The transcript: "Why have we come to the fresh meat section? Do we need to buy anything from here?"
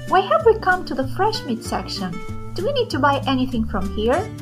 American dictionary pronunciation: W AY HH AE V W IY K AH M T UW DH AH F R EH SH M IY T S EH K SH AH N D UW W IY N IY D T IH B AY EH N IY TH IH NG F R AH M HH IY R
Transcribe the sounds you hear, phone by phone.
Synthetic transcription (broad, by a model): W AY HH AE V W IY K AH M T UW DH AH F R EH SH M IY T S EH K SH AH N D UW W IY N IY D T IH B AY EH N IY TH IH NG F R AH M HH IY R